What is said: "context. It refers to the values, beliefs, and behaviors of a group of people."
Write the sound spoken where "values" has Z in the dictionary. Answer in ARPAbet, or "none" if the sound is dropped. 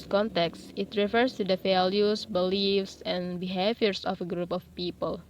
S